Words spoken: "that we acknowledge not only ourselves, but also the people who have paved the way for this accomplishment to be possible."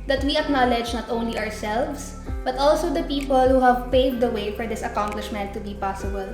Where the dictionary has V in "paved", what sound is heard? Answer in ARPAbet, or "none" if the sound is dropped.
none